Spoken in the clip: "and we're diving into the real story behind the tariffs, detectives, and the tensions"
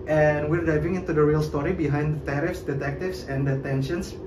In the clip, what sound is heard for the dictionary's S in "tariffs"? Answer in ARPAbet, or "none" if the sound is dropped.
S